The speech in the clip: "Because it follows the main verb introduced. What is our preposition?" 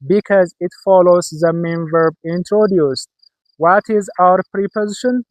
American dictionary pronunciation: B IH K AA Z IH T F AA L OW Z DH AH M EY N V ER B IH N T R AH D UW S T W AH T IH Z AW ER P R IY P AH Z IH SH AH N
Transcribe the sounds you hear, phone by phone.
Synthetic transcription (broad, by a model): B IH K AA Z IH T F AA L OW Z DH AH M EY N V ER B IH N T R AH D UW S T W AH T IH Z AW ER P R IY P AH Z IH SH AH N